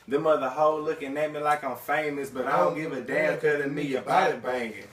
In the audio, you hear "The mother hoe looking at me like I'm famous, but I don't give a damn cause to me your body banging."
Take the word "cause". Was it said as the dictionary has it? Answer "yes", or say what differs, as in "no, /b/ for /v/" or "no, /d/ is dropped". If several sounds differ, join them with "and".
no, /z/ is dropped